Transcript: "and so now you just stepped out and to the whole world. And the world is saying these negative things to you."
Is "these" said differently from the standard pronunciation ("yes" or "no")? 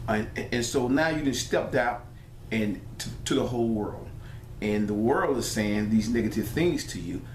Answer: no